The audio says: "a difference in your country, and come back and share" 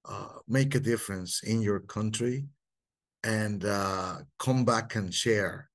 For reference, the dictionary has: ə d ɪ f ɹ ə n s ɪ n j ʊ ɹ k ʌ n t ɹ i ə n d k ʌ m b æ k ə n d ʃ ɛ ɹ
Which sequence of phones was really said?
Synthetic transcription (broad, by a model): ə d ɪ f ɹ ə n s ɪ n j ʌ ɹ k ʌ n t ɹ i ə n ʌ k ʌ m b æ k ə n ʃ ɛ ɹ